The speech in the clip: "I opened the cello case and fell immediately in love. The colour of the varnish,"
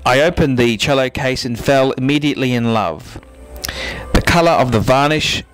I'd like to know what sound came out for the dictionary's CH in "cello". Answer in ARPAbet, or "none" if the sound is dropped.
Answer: CH